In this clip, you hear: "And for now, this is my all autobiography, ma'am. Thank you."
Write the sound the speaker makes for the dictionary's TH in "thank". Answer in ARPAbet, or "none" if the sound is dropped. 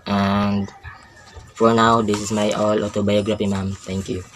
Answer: T